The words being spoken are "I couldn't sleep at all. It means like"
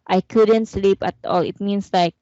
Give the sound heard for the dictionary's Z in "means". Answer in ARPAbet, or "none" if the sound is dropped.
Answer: S